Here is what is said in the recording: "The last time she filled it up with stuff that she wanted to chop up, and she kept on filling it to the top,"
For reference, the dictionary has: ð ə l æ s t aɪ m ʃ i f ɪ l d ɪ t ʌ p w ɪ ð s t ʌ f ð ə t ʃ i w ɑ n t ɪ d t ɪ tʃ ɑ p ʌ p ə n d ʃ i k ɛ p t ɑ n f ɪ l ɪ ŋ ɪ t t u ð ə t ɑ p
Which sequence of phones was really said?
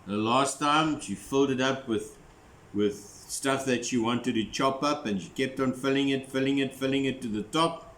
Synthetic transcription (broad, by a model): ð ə l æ s t aɪ m ʃ i f ɪ l d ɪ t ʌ p w ɪ ð s t ʌ f ð ə t ʃ i w ɑ n t ɪ d t ɪ tʃ ɑ p ʌ p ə n ʃ i k ɛ p t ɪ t f ɪ l ɪ ŋ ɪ t t u ð ə t ɑ p